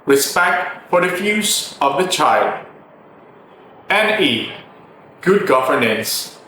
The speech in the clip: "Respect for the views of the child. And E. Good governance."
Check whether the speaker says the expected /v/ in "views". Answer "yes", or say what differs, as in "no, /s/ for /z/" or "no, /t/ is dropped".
no, /f/ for /v/